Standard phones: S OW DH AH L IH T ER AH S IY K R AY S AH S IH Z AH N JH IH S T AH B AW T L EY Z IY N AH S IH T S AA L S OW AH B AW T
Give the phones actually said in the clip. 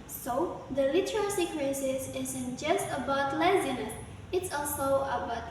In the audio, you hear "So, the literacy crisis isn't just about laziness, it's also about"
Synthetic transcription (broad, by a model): S OW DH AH L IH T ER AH S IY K W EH S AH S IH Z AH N JH IH S T AH B AW T L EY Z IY N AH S IH T S AA L S OW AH B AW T